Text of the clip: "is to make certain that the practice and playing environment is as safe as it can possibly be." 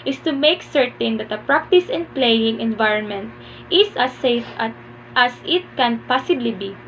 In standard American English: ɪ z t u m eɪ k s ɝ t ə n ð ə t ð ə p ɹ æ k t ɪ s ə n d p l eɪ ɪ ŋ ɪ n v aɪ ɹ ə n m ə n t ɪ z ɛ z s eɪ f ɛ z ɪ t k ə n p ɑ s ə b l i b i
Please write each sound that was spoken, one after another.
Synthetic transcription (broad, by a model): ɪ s t u m eɪ k s ɝ t ə n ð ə t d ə p ɹ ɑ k t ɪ s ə n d p l eɪ ɪ ŋ ɪ n v aɪ ɹ ə n m ə n t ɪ s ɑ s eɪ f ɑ s ɪ t k ə n p ɑ s ə b l i b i